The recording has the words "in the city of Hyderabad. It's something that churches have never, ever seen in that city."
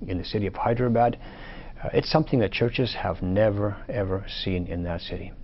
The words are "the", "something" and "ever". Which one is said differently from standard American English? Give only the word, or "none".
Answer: none